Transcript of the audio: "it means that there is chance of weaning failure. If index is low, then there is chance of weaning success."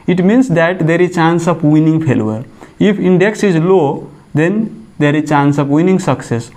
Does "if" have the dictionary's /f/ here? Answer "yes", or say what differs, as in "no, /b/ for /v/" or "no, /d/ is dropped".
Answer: no, /p/ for /f/